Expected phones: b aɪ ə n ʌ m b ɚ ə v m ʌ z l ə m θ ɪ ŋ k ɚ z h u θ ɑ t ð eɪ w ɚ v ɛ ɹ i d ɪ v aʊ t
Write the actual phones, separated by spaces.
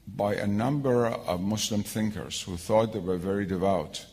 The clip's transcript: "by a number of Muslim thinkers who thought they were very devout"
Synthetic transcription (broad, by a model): b aɪ ə n ʌ m b ɚ ə v m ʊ s l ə m θ ɪ ŋ k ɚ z h u θ ɑ t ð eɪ w ɚ v ɛ ɹ i d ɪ v aʊ t